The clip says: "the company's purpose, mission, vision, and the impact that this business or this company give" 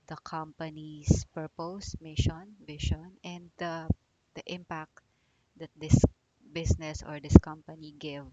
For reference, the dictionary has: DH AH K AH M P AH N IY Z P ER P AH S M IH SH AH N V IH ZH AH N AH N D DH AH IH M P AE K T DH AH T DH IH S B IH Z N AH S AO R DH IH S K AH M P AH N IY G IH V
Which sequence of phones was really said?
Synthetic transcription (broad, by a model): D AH K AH M P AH N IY S P ER P AH S M IH SH AH N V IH SH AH N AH N D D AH IH M P AE K T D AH T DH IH S B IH S N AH S AO R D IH S K AH M P AH N IY G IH V